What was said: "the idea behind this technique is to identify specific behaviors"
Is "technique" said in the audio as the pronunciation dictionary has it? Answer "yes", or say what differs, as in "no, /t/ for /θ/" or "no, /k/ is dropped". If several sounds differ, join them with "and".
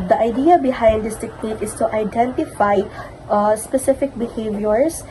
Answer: no, /n/ is dropped